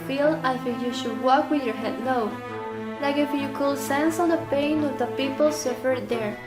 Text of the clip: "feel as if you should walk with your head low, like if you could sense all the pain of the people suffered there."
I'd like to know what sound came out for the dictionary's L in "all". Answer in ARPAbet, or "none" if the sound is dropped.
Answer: N